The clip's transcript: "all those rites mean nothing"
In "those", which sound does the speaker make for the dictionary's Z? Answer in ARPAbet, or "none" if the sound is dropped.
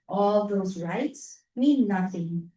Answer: Z